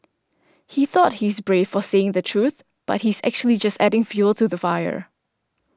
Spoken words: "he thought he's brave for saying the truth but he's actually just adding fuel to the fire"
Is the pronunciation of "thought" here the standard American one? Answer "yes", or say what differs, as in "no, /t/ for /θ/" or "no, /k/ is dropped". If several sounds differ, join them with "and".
yes